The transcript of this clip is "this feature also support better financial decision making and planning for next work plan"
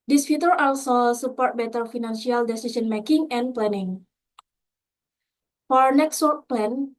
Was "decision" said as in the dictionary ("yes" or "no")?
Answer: no